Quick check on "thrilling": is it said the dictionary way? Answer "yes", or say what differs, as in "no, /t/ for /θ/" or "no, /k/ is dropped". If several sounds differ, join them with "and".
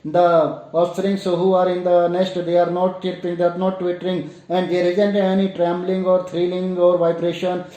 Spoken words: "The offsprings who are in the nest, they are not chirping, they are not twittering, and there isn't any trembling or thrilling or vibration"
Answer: no, /t/ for /θ/